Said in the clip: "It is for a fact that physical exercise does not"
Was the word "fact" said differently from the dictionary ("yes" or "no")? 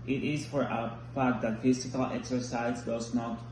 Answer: yes